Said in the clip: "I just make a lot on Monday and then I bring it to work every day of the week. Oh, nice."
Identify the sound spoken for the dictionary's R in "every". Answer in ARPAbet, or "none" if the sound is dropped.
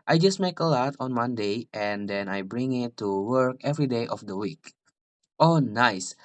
R